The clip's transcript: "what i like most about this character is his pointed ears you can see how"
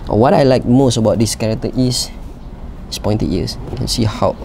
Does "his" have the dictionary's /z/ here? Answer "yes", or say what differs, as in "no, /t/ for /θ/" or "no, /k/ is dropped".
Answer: no, /s/ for /z/